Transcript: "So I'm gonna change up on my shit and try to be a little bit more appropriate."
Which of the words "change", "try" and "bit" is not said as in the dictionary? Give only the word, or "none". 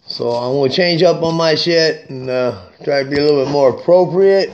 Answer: none